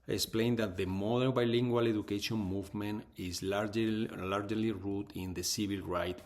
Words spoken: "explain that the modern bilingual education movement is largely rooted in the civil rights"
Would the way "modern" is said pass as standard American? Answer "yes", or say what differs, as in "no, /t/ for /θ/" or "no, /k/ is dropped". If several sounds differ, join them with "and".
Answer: no, /l/ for /n/